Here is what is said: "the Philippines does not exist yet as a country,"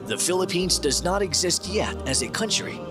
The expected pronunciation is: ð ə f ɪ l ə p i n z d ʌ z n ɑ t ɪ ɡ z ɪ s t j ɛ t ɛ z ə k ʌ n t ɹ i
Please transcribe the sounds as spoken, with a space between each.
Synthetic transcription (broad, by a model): ð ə f ɪ l ə p i n z d ʌ z n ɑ t ɪ ɡ z ɪ s t j ɛ t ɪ z ə k ʌ n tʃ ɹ i